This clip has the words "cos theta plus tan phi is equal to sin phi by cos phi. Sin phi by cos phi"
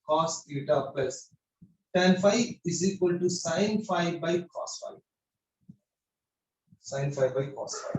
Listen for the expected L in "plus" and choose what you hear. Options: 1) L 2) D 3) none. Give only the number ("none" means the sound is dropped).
3